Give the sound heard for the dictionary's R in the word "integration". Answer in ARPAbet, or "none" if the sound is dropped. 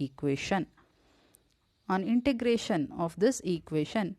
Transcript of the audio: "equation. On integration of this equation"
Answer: R